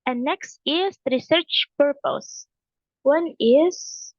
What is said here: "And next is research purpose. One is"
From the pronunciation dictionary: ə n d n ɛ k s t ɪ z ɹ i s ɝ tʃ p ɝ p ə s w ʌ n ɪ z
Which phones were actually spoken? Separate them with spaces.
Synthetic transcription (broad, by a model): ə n n ɛ k s t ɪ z ɹ i s ɝ tʃ p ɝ p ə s w ʌ n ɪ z